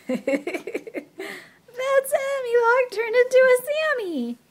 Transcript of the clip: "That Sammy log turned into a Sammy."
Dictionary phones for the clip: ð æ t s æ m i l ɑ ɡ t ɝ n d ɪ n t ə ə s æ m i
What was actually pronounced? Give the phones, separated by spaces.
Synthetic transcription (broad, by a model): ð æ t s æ m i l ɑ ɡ t ɝ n ɪ n t ə ə s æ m i